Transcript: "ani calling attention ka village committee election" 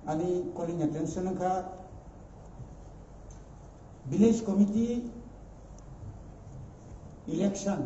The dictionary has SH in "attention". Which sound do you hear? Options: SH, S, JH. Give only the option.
S